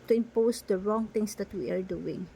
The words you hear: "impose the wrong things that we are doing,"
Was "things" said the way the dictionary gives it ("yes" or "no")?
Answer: no